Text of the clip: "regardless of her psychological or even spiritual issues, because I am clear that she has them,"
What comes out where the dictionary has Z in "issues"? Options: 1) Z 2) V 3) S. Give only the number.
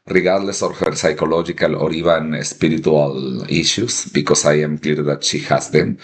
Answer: 3